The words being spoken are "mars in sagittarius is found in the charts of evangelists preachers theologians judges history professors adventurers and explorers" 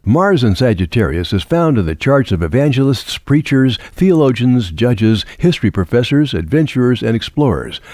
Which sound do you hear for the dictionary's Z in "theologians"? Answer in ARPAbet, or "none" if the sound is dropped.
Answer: Z